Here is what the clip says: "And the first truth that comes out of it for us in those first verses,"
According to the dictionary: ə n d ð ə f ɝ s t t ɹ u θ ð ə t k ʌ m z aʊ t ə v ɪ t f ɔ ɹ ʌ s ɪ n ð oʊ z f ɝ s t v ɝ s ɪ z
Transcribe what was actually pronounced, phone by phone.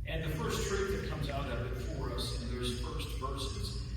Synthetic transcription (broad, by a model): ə n ð ə f ɝ s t t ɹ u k ð ə t k ʌ m z aʊ t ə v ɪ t f ɔ ɹ ʌ s ɪ n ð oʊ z f ɝ s t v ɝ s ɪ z